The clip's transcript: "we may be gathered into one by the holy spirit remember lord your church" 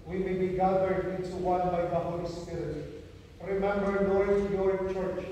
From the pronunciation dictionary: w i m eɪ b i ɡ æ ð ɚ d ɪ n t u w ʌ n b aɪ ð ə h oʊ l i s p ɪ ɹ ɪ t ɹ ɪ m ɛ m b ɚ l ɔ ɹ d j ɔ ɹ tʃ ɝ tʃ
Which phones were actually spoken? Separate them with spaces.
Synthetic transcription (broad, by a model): w i m eɪ b i ɡ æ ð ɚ d ɪ n t u w ʌ n b aɪ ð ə h oʊ l i s p ɪ ɹ ɪ t ɹ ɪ m ɛ m b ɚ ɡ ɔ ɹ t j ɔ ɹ tʃ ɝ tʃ